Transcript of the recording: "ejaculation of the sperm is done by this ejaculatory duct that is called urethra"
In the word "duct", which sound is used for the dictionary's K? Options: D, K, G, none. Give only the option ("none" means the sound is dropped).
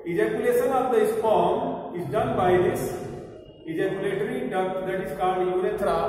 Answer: none